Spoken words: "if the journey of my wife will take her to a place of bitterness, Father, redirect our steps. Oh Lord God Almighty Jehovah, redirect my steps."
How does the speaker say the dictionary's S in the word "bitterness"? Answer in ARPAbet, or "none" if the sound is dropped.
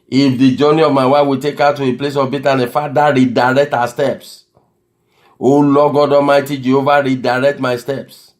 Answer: none